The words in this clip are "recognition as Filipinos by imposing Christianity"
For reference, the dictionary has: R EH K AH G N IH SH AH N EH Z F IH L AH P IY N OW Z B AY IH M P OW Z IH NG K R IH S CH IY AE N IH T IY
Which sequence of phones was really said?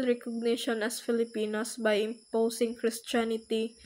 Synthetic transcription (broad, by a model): R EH K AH G N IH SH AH N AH S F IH L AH P IY N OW S B AY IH M P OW S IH NG K R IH S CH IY N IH T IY